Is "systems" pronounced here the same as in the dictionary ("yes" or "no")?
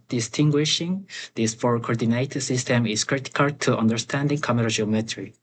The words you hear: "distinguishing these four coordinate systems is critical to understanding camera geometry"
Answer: no